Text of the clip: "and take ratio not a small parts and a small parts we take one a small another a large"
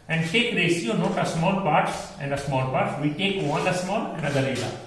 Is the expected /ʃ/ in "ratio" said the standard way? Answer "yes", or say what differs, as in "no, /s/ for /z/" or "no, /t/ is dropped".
no, /s/ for /ʃ/